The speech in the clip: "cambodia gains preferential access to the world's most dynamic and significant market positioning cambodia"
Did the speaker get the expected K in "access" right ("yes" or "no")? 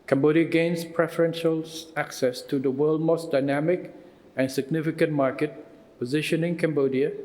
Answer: yes